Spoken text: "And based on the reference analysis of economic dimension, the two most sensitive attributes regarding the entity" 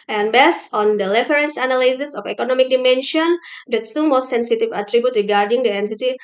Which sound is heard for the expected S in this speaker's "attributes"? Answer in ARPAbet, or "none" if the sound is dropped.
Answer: none